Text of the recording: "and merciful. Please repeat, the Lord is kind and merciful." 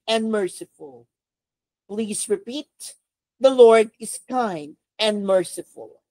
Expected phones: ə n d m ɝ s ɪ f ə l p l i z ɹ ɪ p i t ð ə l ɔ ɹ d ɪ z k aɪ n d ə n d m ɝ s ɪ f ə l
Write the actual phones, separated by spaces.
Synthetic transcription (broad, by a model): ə n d m ɝ s ɪ f ə l p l i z ɹ ɪ p i t ð ə l ɔ ɹ d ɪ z k aɪ n d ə n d m ɝ s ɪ f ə l